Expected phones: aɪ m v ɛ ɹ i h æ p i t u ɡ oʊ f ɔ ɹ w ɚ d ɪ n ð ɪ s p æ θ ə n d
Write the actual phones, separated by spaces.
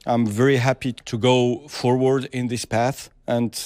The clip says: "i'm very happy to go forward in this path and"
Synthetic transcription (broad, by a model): aɪ m v ɛ ɹ i h æ p i t u ɡ oʊ f ɔ ɹ w ɚ d ɪ n ð ɪ s p æ θ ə n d